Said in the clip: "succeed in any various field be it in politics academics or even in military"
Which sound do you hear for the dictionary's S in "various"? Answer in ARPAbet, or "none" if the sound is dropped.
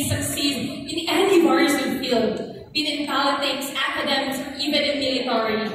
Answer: none